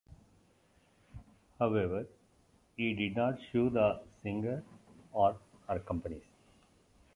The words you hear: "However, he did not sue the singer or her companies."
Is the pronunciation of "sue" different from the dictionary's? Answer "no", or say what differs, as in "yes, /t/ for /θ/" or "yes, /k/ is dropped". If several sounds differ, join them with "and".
yes, /ʃ/ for /s/